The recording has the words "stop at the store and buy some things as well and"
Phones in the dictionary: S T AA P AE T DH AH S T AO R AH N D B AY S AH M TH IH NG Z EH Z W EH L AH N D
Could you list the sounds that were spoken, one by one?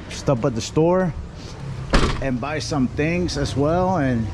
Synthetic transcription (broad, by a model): S T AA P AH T DH AH S T AO R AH N B AY S AH M TH IH NG Z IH Z W EH L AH N